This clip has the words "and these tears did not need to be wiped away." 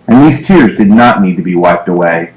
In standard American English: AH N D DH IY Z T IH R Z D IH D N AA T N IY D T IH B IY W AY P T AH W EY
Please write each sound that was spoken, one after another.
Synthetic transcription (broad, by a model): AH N DH IY Z T IH R Z D IH D N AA T N IY D T IH B IY W AY P T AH W EY